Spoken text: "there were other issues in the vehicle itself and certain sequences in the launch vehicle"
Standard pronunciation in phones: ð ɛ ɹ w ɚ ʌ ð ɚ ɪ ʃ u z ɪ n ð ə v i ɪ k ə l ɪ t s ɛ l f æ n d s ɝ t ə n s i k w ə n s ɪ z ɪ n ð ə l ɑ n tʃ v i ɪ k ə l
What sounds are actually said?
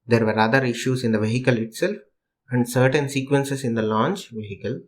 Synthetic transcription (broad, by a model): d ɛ ɹ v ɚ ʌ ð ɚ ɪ ʃ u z ɪ n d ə v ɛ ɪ k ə l ɪ t s ɛ l f æ n d s ɝ t ə n s i k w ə n s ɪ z ɪ n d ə l ɑ n tʃ v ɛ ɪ k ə l